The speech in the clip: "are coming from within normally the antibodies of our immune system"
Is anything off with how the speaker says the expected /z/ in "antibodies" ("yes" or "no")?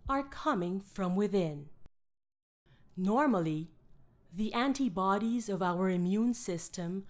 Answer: no